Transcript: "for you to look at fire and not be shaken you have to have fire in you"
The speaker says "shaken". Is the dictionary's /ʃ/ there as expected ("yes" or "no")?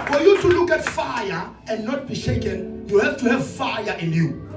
yes